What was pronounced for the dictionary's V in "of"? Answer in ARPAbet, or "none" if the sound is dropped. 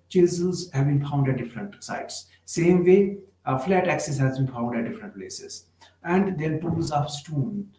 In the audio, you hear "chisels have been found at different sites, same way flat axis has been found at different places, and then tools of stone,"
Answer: P